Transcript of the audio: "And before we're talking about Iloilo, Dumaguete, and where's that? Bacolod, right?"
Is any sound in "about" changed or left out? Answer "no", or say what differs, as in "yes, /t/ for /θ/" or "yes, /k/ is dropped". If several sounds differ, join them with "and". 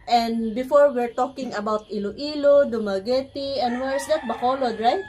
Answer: no